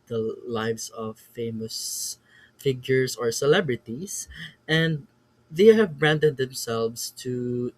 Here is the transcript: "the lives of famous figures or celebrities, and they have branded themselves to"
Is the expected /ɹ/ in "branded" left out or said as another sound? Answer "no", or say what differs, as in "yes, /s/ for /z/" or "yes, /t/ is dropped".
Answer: no